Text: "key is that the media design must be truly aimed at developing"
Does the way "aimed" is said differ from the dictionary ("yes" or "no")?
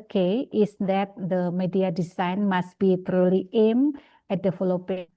yes